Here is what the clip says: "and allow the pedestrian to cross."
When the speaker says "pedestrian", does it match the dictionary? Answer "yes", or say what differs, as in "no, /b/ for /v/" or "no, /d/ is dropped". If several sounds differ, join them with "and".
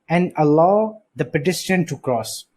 no, /s/ is dropped and /ɹ/ is dropped